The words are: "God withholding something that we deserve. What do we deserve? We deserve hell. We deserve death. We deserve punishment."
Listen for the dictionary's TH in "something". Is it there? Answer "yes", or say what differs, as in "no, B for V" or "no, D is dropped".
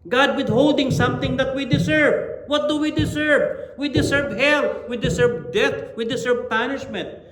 no, T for TH